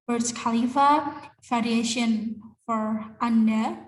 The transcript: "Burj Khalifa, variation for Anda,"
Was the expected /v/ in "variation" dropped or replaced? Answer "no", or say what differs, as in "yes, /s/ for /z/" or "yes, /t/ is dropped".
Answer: yes, /f/ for /v/